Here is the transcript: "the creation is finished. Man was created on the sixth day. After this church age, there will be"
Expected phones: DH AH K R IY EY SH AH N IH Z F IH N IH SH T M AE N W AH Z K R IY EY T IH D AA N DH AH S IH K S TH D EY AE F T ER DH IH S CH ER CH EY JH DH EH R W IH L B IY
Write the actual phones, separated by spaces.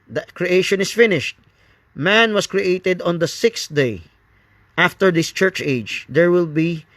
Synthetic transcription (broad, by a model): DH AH K R IY EY SH AH N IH S F IH N IH SH T M AE N W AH S K R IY EY T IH D AA N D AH S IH K S D EY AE F T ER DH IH S CH ER CH EY JH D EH R W IH L B IY